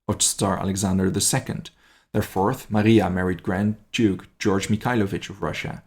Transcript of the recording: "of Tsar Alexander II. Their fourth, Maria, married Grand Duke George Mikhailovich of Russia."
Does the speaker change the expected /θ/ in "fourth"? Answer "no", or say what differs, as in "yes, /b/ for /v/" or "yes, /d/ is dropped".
no